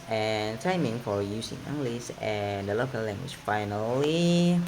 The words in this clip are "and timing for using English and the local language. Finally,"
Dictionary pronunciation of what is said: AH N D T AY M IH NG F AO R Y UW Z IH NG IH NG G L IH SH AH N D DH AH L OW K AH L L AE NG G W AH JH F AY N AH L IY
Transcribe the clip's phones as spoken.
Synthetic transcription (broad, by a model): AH N T AY M IH NG F AO R Y UW S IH NG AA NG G L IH S AH N D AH L OW K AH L L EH NG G W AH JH F AY N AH L IY